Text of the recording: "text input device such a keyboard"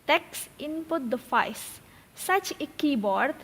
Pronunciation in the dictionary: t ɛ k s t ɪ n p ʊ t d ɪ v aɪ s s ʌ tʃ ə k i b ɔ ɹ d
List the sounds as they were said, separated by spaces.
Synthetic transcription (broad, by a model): t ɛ k s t ɪ n p ʊ t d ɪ f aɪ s s ʌ tʃ ə k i b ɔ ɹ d